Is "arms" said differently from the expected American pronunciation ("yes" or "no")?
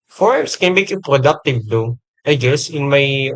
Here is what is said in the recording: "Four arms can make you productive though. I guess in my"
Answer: yes